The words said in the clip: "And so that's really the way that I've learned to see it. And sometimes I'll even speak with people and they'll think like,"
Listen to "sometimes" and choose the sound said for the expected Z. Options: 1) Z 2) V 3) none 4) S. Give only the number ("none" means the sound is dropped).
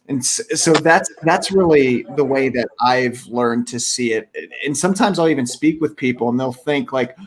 1